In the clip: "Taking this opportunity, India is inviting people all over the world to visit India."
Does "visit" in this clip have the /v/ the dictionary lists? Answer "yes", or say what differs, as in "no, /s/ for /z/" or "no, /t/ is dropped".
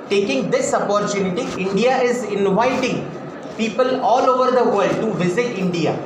yes